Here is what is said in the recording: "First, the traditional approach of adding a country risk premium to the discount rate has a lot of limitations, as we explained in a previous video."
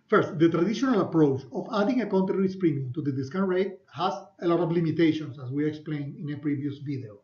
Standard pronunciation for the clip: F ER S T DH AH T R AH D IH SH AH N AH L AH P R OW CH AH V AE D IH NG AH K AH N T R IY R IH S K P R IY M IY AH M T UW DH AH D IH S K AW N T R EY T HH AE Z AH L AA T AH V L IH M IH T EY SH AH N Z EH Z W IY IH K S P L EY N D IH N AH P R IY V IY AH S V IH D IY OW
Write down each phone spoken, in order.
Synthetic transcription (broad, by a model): F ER S T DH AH T R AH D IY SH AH N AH L AH P R OW CH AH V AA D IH NG AH K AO N T R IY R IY S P R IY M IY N T UW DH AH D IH S K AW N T R EY T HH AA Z AH L AA T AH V L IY M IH T EY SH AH N S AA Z W IY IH K S P L EY N IH N AH P R IY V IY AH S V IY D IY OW